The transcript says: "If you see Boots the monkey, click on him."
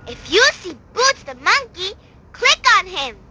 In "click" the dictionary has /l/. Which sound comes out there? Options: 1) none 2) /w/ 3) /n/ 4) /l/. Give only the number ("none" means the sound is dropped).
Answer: 4